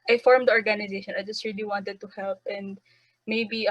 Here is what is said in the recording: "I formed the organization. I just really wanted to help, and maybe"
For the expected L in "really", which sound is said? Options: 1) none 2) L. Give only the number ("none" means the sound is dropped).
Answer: 2